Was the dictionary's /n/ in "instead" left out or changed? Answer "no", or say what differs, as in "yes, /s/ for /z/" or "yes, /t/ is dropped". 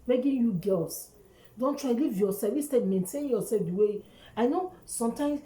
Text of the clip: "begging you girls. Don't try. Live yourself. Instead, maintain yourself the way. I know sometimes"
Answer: yes, /n/ is dropped